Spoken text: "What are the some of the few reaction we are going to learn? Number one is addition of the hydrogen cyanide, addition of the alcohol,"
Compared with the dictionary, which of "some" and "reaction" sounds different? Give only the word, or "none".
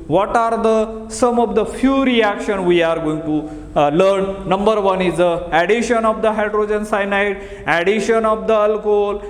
none